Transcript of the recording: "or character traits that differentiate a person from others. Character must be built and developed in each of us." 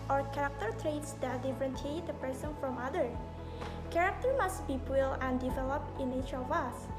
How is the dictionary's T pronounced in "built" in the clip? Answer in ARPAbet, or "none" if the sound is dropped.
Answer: none